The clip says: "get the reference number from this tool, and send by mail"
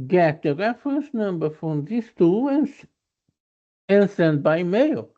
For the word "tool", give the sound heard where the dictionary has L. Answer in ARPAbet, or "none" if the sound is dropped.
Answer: N